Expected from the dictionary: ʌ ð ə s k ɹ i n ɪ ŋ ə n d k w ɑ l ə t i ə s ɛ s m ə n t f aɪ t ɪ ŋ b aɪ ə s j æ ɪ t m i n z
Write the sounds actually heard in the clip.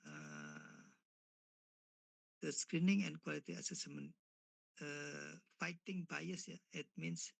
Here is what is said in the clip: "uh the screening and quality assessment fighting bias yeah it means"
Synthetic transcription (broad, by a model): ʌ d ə s k ɹ i n ɪ ŋ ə n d k w ɑ l ə t i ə s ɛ s m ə n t f aɪ t ɪ ŋ b aɪ ə s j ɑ ɪ t m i n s